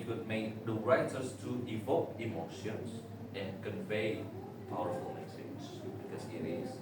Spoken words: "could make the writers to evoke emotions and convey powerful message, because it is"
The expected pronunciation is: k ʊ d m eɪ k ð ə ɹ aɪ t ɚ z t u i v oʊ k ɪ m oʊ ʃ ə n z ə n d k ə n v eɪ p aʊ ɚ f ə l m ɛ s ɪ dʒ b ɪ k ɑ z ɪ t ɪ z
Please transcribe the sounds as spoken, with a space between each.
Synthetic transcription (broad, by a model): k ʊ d m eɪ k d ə ɹ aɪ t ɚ s t u i v oʊ k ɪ m oʊ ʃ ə n s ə n k ə n v eɪ p aʊ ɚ f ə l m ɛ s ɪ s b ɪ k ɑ s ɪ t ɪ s